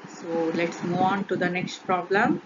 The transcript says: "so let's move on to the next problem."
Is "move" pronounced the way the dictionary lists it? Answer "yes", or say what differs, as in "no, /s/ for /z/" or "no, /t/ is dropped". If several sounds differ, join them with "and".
no, /v/ is dropped